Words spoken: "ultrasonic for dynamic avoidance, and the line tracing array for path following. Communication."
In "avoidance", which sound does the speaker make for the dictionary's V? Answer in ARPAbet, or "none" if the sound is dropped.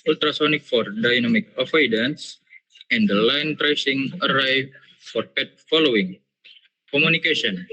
F